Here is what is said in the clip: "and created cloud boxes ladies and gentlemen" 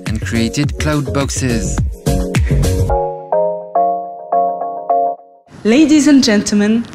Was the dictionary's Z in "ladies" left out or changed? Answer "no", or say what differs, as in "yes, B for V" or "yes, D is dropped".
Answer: no